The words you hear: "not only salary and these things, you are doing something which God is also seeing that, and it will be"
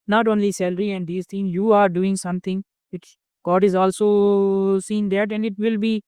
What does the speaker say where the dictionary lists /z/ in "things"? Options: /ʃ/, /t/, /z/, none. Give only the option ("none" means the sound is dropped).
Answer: none